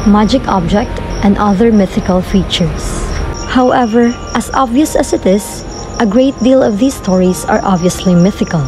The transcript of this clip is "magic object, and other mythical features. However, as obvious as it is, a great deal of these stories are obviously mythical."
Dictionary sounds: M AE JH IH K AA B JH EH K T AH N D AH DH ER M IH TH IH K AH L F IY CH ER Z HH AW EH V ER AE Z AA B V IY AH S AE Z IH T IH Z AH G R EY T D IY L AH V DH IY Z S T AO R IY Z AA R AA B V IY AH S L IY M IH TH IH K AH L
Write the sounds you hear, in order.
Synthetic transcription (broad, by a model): M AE JH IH K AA B JH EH K T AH N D AH DH ER M IH TH IH K AH L F IY CH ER S HH AW EH V ER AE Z AA B V IY AH S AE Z IH T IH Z AH G R EY T D IY L AH V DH IY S T AO R IY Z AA R AA B V IY AH S L IY M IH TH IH K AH L